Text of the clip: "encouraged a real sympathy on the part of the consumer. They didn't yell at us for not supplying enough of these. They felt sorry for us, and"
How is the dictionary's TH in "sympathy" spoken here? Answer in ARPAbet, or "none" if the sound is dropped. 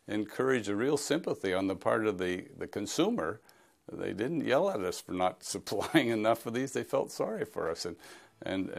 TH